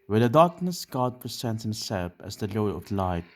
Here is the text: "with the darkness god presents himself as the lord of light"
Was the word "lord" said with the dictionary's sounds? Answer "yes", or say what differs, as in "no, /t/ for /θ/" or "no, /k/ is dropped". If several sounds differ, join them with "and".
no, /d/ is dropped